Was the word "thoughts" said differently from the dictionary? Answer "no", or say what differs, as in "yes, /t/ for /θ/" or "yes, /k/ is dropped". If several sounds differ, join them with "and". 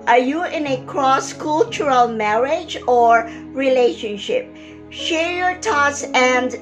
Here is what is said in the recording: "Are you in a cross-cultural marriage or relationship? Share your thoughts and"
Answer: yes, /t/ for /θ/